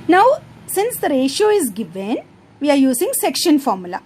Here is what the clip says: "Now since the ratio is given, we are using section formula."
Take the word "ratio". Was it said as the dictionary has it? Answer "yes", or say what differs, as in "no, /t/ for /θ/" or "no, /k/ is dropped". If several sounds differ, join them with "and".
yes